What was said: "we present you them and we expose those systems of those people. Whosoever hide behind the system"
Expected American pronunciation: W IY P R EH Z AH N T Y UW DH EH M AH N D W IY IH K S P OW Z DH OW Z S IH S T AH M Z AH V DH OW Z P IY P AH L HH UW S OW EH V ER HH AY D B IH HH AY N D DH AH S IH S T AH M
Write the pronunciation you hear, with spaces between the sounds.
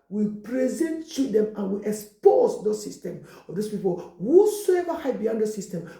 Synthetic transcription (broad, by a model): W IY P R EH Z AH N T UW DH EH M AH N W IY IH K S P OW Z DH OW S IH S T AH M AH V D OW S P IY P AH L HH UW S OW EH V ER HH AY B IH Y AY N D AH S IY S T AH M